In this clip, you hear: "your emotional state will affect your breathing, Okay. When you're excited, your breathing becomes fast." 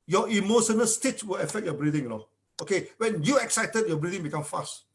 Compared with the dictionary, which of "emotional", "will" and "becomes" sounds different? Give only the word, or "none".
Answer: becomes